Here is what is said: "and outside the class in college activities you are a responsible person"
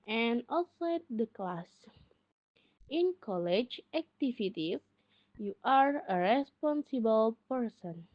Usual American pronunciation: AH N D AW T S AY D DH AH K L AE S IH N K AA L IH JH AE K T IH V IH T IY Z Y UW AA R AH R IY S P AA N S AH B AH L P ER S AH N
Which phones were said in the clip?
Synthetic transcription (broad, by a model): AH N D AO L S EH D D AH K L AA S IH N K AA L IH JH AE K T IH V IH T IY Y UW AA R AH R IY S P AA N S AH B AH L P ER S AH N